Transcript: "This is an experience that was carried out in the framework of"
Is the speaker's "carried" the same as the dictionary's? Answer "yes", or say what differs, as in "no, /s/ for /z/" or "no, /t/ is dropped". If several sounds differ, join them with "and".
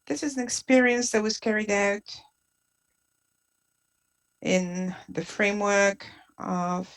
yes